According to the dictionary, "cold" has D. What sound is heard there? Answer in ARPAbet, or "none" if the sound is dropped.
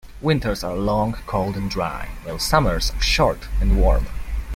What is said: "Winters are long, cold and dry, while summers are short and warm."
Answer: D